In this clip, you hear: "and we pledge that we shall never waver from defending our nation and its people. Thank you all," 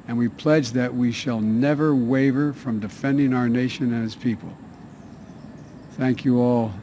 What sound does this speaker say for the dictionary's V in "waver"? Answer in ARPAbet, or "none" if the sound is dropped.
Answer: V